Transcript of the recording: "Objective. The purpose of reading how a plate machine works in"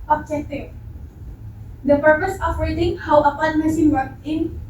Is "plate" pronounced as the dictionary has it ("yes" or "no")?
no